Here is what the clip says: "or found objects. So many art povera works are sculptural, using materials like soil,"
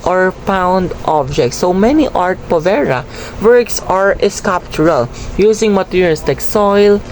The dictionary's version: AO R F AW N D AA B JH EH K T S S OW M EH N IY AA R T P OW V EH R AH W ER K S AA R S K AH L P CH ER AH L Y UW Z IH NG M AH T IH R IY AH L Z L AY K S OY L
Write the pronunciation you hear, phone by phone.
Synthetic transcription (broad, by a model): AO R P AW N D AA B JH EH K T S S OW M EH N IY AA R T P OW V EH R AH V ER K S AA R S K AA P CH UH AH L Y UW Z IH NG M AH T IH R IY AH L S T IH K S OY L